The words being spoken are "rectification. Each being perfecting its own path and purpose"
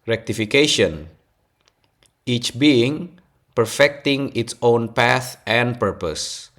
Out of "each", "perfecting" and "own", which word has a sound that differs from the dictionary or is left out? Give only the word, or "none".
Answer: none